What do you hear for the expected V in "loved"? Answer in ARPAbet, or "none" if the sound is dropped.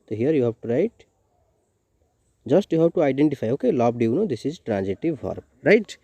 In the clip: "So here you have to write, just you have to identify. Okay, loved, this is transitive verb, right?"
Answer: B